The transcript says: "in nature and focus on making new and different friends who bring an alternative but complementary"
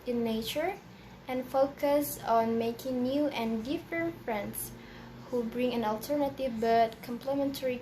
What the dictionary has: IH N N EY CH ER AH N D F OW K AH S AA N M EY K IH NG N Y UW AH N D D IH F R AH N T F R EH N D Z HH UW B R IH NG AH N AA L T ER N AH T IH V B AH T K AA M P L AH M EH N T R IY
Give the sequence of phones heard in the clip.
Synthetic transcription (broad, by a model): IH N N EY CH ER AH N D F OW K AH S AA N M EY K IH NG N Y UW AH N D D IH F R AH N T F R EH N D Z HH UW B R IH NG AH N AA L T ER N AH T IH V B AH T K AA M P L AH M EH N T R IY